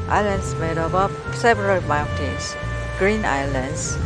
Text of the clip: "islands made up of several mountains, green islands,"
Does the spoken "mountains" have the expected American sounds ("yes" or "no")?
no